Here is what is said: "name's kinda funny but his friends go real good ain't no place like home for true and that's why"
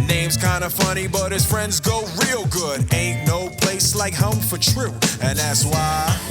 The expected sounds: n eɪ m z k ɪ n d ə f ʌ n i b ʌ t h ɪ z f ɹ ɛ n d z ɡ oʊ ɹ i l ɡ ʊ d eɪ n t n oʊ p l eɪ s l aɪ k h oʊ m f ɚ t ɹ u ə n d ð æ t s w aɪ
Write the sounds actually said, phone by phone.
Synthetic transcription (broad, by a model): n eɪ m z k ɪ n d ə f ʌ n i b ʌ t h ɪ z f ɹ ɛ n d z ɡ oʊ ɹ i l ɡ ʊ d eɪ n n oʊ p l eɪ s l aɪ k h oʊ m f ɚ t ɹ u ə n ð æ t s w aɪ